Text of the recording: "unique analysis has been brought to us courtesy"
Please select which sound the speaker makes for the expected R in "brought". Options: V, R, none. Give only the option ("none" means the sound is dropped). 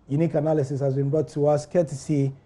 none